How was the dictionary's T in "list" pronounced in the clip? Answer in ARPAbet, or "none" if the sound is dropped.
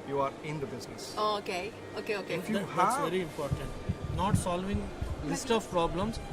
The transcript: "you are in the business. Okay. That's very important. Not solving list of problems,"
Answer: T